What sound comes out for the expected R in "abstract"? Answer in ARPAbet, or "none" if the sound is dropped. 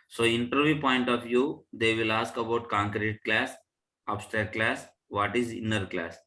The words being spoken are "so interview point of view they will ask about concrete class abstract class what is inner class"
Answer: none